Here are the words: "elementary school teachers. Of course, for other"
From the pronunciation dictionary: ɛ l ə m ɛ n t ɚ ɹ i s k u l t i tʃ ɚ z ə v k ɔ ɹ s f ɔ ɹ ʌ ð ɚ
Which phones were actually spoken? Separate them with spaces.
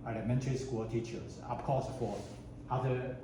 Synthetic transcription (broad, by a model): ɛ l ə m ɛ n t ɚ ɹ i s k u l t i tʃ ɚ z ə p k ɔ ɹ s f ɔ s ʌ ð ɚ